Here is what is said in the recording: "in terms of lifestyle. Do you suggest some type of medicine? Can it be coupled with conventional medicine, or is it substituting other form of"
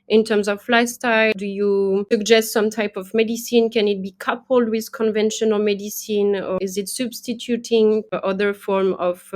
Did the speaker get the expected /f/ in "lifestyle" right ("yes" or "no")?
no